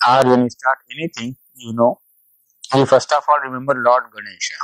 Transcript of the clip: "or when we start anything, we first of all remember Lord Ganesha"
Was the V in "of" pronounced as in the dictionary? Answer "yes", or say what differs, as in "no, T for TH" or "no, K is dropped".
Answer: no, F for V